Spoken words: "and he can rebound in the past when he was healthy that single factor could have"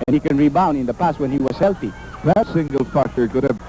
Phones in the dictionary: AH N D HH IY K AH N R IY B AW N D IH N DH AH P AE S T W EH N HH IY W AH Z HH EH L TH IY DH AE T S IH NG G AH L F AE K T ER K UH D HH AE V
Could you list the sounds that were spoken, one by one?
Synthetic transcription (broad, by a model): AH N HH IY K AH N R IY B AW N IH N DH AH P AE S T W EH N HH IY W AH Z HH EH L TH IY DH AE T S IH NG G AH L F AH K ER K UH D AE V